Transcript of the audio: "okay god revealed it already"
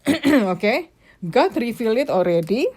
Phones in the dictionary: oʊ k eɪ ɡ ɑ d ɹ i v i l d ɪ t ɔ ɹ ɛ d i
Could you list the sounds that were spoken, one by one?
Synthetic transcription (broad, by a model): oʊ k eɪ ɡ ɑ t ɹ i f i l ɪ t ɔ ɹ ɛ d i